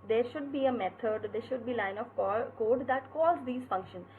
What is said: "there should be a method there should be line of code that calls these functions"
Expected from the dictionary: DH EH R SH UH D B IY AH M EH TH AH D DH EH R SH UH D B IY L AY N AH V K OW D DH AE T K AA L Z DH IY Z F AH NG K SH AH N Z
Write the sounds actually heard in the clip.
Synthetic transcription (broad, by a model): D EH R SH UH D B IY AH M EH T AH D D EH R SH UH D B IY L AY N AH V K OW D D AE T K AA Z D IY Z F AH NG K SH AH N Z